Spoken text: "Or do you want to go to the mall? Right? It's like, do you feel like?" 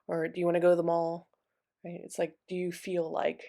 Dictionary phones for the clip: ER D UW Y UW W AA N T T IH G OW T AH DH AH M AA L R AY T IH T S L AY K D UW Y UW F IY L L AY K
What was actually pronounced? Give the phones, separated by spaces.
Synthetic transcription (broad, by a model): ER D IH Y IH W AA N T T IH G OW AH DH AH M AA L R AY T IH T S L AY K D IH Y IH F IY L L AY K